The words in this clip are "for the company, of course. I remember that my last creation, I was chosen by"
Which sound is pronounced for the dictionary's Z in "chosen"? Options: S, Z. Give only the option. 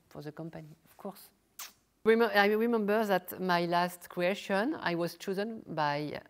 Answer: Z